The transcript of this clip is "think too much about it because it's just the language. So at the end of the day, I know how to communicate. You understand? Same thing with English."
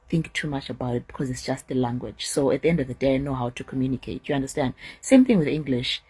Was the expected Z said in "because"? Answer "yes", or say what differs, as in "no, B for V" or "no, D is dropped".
yes